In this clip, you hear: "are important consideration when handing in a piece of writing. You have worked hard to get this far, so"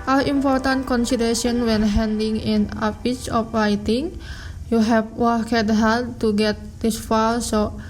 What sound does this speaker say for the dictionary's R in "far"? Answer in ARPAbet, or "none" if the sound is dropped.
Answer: L